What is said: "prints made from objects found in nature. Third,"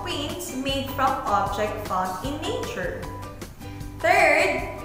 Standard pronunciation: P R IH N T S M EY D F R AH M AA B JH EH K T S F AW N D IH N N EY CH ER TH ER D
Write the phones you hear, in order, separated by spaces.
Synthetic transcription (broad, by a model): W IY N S M EY D F R AH M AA B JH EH K T F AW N IH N N EY CH ER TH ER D